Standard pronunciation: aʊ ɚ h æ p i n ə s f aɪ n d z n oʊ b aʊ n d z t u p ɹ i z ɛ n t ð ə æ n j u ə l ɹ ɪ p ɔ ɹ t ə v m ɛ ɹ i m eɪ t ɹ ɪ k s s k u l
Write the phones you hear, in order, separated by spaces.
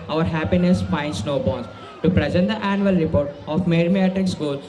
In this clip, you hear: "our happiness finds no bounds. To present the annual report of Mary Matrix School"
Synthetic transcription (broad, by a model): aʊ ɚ h æ p i n ə s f aɪ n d s n oʊ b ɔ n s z t u p ɹ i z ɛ n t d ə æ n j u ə l ɹ ɪ p ɔ ɹ t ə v m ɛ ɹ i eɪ t ɪ k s s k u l